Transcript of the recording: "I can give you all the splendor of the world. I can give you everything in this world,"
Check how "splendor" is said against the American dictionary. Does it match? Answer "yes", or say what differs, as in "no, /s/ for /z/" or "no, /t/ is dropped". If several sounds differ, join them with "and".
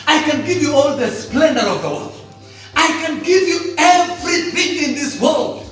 yes